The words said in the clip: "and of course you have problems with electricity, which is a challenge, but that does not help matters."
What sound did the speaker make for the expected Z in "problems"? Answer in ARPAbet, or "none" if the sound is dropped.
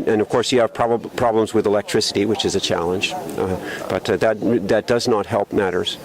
Z